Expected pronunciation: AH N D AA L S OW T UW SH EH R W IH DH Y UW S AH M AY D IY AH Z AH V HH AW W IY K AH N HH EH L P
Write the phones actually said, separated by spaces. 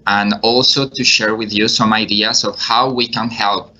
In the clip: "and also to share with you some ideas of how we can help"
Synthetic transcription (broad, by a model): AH N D AA L S OW T UW SH EH R W IH DH Y UW S AH M AY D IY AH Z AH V HH AW W IY K AH N HH EH L P